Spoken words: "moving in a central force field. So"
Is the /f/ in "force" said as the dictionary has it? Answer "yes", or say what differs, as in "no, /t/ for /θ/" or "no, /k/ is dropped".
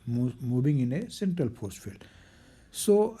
no, /p/ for /f/